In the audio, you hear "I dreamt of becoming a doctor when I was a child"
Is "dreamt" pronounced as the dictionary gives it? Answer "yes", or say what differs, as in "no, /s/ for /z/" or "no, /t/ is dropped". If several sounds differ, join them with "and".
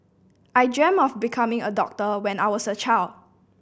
no, /t/ is dropped